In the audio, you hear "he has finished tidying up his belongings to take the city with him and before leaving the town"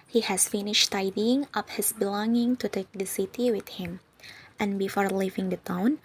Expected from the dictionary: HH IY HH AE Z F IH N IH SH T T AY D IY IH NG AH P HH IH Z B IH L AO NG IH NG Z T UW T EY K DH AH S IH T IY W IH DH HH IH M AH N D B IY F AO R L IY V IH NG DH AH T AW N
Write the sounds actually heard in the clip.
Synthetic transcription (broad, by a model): HH IY HH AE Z F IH N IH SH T T AY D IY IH NG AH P HH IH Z B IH L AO NG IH NG T UW T EY K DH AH S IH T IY W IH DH HH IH M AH N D B IY F AO R L IY V IH NG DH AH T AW N